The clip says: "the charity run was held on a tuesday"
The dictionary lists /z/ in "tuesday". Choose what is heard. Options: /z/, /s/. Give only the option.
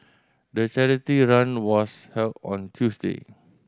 /s/